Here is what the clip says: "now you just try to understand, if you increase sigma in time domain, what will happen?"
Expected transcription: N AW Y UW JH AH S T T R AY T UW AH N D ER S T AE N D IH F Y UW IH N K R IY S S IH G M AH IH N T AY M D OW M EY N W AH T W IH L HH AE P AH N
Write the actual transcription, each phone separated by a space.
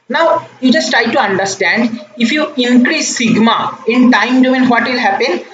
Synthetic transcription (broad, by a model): N AW Y UW JH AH S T T R AY T UW AH N D ER S T AE N D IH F Y UW IH N K R IY S S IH G M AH IH N T AY M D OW EY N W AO T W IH L HH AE P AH N